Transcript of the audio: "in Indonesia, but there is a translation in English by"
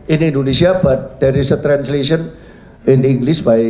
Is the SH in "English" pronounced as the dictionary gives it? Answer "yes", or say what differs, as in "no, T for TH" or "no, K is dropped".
no, S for SH